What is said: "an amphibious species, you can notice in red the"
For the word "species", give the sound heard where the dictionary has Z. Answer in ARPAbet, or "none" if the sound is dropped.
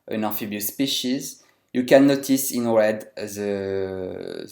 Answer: Z